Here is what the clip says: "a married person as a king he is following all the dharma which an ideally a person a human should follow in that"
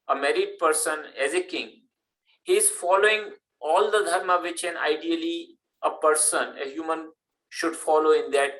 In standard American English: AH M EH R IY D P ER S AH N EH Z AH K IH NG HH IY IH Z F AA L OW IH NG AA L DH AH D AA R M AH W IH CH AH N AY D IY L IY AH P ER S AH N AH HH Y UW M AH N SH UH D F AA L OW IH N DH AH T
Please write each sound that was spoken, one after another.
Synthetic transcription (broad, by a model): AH M EH R IY D P ER S AH N EH Z AH K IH NG HH IY IH Z F AA L OW IH NG AA L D AH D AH R M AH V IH CH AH N AY D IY L IY AH P ER S AH N AH HH Y UW M AH N SH UH D F AA L OW IH N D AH T